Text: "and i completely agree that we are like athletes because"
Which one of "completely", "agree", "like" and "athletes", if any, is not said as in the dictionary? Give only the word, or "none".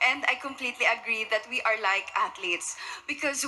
athletes